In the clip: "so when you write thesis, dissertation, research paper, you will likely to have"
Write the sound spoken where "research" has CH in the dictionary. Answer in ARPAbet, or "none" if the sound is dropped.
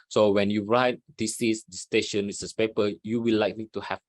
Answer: S